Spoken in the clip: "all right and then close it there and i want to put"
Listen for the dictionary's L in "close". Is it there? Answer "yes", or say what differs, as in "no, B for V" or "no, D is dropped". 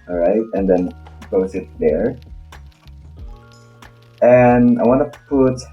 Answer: no, L is dropped